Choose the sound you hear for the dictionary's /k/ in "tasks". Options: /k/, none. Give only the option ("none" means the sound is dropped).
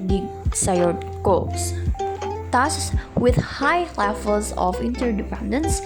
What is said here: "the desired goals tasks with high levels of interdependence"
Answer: none